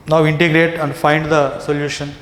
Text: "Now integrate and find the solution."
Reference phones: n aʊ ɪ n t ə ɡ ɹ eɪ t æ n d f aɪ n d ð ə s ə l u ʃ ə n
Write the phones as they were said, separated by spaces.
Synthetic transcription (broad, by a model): n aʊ ɪ n t ə ɡ ɹ eɪ t æ n d f aɪ n d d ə s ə l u ʃ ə n